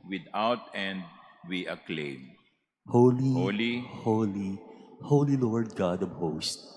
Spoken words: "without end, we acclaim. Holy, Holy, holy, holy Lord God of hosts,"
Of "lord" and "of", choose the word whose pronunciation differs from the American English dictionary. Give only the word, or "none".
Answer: of